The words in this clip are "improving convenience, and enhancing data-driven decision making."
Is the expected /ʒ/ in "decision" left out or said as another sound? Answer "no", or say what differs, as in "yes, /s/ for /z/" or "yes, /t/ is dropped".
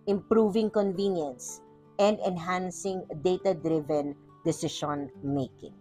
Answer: yes, /ʃ/ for /ʒ/